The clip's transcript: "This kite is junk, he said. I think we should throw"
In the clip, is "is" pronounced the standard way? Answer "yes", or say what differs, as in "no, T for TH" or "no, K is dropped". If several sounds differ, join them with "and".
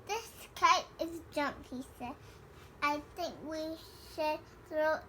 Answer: yes